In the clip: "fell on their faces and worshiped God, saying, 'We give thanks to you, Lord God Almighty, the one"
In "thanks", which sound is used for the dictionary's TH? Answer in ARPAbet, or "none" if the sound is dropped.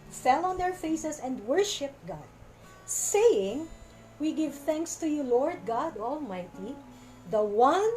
TH